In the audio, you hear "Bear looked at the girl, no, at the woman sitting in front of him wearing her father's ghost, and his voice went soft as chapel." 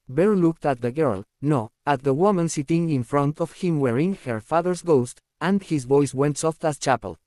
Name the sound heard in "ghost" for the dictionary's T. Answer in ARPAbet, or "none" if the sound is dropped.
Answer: T